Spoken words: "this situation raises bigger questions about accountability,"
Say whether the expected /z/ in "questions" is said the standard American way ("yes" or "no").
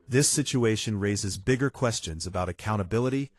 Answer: yes